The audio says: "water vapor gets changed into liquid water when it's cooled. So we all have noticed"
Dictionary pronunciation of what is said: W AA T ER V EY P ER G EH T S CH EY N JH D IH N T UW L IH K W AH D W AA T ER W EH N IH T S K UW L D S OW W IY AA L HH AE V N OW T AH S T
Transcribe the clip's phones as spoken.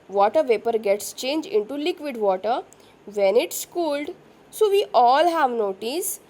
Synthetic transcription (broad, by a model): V AA T ER V EY P ER G EH T S CH EY N JH IH N T UW L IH K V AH D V AA T ER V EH N IH T S K UW L D S OW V IY AA L HH AE V N OW T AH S